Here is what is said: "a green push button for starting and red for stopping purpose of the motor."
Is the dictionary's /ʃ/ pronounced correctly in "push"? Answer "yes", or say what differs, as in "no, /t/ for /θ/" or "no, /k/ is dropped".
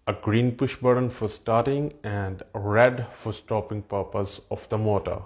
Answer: yes